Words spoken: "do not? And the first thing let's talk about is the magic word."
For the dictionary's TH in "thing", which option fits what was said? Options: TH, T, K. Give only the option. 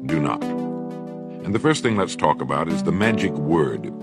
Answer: TH